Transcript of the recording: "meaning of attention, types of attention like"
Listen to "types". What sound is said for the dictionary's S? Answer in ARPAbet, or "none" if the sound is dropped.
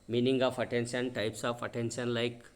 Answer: S